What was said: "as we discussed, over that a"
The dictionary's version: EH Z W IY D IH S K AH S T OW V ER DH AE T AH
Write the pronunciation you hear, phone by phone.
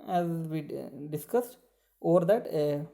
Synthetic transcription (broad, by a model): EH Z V IY D IH S K AH S T OW V ER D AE T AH